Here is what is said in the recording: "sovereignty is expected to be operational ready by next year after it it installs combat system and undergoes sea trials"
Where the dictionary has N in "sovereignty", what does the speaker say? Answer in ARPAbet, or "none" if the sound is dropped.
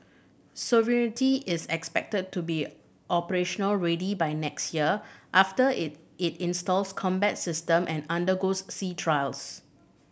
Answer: none